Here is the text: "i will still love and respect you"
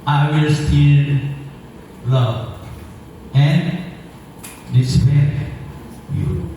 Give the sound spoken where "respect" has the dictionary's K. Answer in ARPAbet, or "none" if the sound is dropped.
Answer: none